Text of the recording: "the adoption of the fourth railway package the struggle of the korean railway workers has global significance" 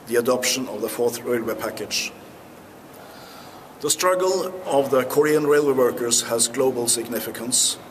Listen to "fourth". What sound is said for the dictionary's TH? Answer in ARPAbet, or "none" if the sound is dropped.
TH